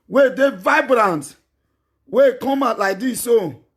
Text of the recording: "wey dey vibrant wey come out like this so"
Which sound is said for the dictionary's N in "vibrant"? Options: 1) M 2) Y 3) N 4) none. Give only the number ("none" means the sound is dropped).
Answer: 3